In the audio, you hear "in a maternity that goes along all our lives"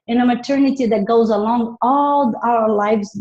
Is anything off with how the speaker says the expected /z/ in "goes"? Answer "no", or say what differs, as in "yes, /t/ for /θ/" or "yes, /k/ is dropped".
no